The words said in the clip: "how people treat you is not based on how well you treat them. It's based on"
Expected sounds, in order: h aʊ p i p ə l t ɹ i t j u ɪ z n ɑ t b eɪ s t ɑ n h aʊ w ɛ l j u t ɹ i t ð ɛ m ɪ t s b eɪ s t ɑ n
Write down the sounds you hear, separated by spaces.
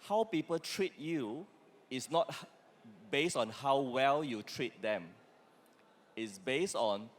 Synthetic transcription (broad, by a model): h aʊ p i p ə l t ɹ i t j u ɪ s n ɑ t b eɪ s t ɑ n h aʊ w ɛ l j u t ɹ i t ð ɛ m ɪ t s b eɪ s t ɑ n